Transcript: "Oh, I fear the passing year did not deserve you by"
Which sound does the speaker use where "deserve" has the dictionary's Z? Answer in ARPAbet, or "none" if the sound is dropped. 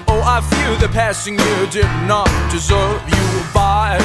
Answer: Z